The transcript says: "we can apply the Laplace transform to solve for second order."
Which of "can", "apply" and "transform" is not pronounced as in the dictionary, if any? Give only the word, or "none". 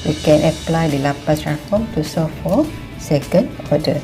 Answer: transform